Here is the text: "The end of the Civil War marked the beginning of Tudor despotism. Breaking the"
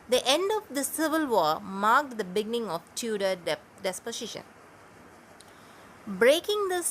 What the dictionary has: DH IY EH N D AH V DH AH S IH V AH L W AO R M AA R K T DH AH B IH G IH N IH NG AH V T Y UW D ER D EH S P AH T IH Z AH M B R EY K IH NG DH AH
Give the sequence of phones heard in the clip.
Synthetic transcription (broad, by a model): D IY EH N D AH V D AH S IH V AH L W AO M AA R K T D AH B IH G IH N IH NG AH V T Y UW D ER D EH S P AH S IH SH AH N B R EY K IH NG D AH